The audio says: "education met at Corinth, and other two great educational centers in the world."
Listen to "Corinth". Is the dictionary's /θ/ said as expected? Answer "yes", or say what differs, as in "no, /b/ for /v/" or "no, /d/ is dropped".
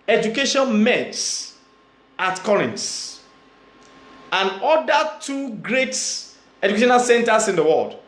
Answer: no, /s/ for /θ/